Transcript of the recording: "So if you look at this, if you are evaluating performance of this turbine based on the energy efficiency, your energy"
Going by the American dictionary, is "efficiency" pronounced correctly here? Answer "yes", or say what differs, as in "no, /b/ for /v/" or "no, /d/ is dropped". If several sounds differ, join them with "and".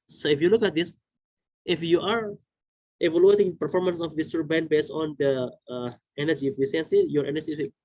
no, /s/ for /ʃ/